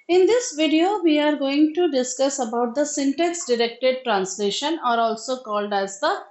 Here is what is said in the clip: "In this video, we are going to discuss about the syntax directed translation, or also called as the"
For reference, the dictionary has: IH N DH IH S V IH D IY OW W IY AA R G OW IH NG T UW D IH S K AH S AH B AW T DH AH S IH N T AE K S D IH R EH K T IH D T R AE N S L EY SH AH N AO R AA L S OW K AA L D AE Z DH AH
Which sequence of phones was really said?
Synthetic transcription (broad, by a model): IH N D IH S V IH D IY OW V IY AA R G OW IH NG T UW D IH S K AH S AH B AW T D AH S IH N T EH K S D IH R EH K T IH D T R AE N S L EY SH AH N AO R AA L S OW K AA L D AE Z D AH